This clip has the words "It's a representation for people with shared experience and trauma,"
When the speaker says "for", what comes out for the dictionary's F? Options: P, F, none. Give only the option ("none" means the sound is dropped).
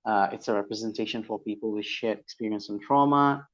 F